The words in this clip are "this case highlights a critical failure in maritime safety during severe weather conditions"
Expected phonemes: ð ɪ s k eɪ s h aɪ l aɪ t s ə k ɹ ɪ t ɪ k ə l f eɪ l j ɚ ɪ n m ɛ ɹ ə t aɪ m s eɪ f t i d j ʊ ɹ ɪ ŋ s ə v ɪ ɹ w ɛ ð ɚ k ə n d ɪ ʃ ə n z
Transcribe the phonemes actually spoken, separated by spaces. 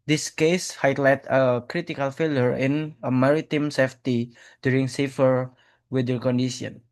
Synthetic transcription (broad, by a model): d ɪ s k eɪ s h aɪ l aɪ t ə k ɹ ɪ t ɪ k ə l f eɪ l j ɚ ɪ n m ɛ ɹ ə t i m s eɪ f t i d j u ɹ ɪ ŋ s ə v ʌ ɹ w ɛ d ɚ k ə n d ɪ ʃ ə n